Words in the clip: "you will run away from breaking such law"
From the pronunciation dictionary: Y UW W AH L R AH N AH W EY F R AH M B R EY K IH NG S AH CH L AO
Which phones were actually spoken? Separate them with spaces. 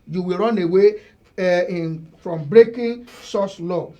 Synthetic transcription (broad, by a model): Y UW W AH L R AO N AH W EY F R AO M B R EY K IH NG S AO S L AO